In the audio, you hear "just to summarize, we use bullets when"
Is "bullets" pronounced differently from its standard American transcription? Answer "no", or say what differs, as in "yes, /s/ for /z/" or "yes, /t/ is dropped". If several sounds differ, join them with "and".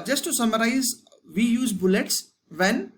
no